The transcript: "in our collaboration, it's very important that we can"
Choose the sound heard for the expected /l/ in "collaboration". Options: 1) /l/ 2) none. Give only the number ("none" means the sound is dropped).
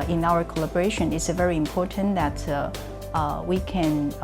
1